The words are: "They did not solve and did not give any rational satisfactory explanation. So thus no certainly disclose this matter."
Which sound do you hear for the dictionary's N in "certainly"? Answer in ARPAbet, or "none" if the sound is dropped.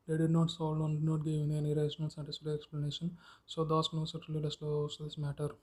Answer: none